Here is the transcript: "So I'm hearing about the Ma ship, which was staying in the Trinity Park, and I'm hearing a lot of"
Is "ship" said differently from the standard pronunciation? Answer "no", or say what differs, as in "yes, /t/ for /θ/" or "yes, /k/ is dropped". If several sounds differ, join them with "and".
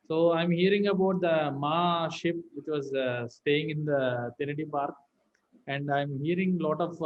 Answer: no